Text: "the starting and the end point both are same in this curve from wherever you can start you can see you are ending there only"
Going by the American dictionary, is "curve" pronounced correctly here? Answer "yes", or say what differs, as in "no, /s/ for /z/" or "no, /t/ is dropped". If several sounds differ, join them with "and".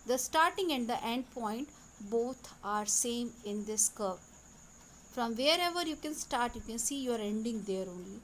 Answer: no, /p/ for /v/